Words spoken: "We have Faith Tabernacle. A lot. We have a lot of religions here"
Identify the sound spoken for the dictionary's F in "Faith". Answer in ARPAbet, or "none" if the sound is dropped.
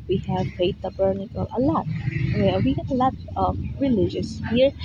P